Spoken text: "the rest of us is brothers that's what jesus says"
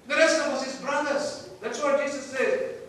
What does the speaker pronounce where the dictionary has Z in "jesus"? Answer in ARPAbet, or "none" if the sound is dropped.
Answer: S